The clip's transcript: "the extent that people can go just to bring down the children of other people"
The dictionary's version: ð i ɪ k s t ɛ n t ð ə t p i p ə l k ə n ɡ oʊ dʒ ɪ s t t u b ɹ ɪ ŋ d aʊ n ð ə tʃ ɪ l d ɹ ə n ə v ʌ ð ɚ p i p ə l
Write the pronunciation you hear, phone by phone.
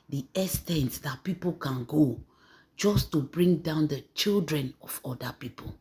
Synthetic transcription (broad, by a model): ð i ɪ s t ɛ n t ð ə t p i p ə l k ə n ɡ oʊ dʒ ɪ s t t u b ɹ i ŋ d aʊ n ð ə tʃ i l d ɹ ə n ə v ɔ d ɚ p i p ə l